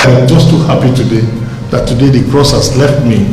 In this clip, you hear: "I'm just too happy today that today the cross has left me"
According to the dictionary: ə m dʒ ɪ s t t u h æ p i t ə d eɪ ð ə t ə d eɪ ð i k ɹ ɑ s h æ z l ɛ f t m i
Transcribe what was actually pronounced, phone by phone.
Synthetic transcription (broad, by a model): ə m dʒ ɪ s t t u h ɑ p i t ə d eɪ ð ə t ə d eɪ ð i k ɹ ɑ s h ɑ s l ɛ f t m i